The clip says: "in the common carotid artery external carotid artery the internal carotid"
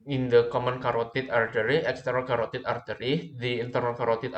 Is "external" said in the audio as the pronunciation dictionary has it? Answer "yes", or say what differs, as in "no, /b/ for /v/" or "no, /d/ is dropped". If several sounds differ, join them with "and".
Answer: no, /n/ is dropped